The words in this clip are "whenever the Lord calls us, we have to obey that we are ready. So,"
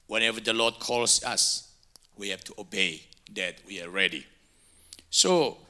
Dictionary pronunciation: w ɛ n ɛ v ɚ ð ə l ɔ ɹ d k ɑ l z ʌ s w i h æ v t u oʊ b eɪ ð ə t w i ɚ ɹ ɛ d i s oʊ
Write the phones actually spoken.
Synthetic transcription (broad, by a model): w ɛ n ɛ v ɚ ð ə l ɔ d k ɑ l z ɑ s w i h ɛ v t u oʊ b eɪ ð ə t w i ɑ ɹ ɛ d i s oʊ